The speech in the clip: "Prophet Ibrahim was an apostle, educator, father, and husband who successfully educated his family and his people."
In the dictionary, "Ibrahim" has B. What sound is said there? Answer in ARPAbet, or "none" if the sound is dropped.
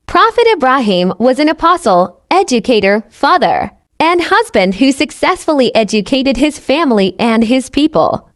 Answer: B